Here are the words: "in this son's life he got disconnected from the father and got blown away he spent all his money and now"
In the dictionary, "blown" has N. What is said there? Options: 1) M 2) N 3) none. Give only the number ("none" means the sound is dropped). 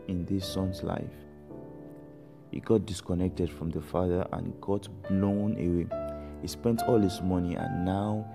2